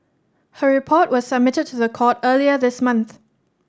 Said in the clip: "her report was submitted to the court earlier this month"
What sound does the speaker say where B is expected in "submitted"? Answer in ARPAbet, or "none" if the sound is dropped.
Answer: B